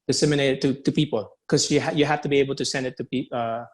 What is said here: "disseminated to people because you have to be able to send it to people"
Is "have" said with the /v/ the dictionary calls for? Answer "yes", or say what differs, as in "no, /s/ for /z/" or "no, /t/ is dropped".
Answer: no, /f/ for /v/